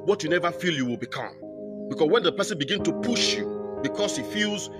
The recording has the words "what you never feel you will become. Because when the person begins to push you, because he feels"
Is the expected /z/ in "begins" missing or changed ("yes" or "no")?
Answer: yes